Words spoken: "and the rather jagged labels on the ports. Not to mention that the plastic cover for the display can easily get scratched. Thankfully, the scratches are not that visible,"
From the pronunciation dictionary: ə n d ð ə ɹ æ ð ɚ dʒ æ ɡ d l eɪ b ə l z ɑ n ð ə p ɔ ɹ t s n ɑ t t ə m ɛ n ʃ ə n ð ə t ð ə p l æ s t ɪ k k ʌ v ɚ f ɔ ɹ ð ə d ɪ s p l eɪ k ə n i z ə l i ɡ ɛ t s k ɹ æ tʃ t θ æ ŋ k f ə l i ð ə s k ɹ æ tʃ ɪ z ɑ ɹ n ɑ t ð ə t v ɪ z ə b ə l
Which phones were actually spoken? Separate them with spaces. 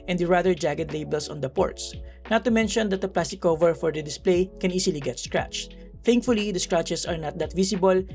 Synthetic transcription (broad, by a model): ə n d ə ɹ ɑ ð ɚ dʒ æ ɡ d l eɪ b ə l s ɑ n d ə p ɔ ɹ t s n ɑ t t ə m ɛ n ʃ ə n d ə t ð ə p l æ s t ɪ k k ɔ v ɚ f ɔ ɹ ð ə d ɪ s p l eɪ k ə n i s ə l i ɡ ɛ t s k ɹ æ tʃ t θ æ ŋ k f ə l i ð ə s k ɹ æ tʃ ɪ s ɑ ɹ n ɑ t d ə t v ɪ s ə b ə l